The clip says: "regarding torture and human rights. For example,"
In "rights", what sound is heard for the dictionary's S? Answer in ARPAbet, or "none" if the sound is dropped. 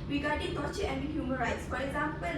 S